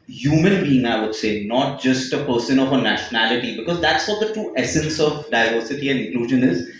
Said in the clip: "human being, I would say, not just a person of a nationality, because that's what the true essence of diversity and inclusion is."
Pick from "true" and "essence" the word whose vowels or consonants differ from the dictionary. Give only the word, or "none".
true